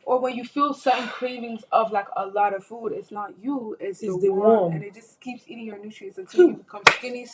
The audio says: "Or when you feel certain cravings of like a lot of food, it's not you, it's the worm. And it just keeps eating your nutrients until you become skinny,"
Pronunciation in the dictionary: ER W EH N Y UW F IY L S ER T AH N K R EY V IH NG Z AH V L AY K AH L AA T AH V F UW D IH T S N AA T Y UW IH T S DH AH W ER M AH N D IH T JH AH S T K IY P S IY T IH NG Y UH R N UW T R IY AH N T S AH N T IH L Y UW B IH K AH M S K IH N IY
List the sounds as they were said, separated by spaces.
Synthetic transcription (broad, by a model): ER W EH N Y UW F IY L S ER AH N K R EY V IH NG Z AH V L AY K AH L AA T AH V F UW D IH T S N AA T Y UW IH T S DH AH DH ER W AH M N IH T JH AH S K IY P S IY T IH NG Y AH R N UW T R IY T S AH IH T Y B IH K AH M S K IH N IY